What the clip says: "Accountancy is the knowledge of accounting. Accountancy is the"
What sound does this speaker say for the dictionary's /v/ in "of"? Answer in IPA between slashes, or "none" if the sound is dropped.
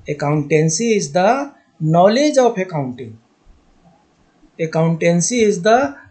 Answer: /p/